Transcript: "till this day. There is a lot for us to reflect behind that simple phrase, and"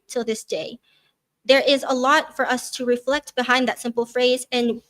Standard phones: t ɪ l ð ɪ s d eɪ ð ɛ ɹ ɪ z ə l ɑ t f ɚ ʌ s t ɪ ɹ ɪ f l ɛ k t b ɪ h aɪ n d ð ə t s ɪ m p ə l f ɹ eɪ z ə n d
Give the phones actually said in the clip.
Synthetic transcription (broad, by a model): t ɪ l ð ɪ s d eɪ ð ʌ ɹ ɪ z ə l ɑ t f ɚ ʌ s t ɪ ɹ ɪ f l ɛ k t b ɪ h aɪ n ð ə t s ɪ m p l f ɹ eɪ z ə n